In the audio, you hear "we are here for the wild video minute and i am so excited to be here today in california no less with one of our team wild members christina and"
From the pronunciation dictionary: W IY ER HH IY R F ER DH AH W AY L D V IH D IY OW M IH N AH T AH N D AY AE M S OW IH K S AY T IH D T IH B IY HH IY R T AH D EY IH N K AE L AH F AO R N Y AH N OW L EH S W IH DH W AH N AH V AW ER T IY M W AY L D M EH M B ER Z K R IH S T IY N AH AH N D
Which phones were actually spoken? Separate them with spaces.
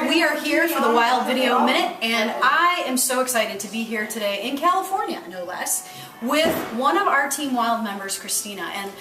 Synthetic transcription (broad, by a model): W IY ER HH IY R F ER DH AH W AY L D V IH D IY OW M IH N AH T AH N AY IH M S OW IH K S AY T IH D T IH B IY HH IY R T AH D EY IH N K AE L AH F AO R N Y AH N OW L EH S W IH DH W AH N AH V AW ER T IY M W AY L D M EH M B ER Z K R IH S T IY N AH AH N